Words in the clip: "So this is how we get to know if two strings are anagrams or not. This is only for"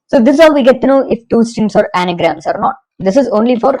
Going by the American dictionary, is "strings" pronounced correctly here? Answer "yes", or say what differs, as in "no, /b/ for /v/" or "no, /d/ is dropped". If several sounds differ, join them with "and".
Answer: no, /ɹ/ is dropped